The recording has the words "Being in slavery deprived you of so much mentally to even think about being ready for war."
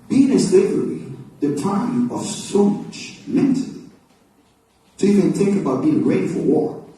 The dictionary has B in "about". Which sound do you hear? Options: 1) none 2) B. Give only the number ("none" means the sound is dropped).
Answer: 2